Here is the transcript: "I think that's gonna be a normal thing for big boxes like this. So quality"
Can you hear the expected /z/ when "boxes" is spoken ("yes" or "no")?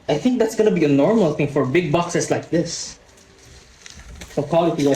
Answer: no